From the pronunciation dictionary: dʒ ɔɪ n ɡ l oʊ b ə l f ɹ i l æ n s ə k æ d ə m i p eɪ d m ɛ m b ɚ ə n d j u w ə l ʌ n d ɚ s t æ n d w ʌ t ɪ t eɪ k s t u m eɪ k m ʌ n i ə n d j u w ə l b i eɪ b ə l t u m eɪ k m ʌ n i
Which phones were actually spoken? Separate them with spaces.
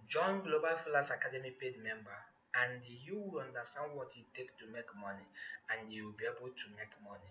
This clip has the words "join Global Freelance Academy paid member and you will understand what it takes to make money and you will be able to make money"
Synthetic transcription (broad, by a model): dʒ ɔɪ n ɡ l oʊ b ə l f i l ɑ s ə k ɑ d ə m i p eɪ d m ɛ m b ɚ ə n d j u w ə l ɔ n d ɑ s t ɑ n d w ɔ t ɪ t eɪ k t u m eɪ k m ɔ n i ə n d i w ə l b i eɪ b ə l t u m eɪ k m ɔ n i